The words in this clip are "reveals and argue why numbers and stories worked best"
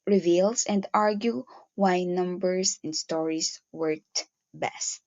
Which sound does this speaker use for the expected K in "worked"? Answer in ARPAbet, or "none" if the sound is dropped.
none